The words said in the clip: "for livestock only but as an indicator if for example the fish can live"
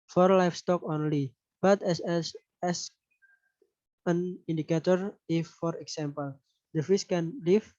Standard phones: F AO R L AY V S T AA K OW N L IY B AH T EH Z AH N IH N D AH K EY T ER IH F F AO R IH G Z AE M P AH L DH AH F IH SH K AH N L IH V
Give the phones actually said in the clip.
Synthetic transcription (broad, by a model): F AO R L AY F S T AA K OW N L IY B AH T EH S AH N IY N D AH K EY T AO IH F F AO R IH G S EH M P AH L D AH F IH S K AH N L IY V